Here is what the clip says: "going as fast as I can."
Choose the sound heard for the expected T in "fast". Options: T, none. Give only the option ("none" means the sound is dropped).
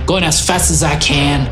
T